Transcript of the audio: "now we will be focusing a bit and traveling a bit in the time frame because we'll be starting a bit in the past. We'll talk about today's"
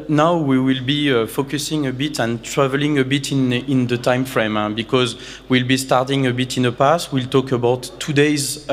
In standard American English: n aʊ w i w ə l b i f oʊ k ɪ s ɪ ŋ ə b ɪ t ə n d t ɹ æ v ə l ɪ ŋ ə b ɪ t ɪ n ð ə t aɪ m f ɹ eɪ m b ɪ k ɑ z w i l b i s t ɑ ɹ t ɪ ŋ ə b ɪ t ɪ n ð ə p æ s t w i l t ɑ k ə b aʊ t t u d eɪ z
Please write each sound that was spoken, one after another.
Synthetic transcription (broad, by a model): n aʊ w i w ə l b i f oʊ k ɪ s ɪ ŋ ə b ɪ t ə n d t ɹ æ v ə l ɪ ŋ ə b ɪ t ɪ n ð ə t aɪ m f ɹ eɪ m b ɪ k ɑ z w i l b i s t ɑ ɹ t ɪ ŋ ə b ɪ t ɪ n ð ə p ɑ s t w i l t ɑ k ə b aʊ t t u d eɪ z